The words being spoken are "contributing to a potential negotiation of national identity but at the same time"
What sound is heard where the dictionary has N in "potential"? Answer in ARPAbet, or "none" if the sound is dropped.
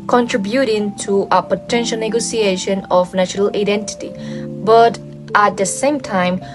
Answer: N